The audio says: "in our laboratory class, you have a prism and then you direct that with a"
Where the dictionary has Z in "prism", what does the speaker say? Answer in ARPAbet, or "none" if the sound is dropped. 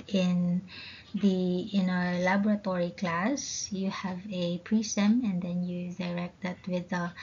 S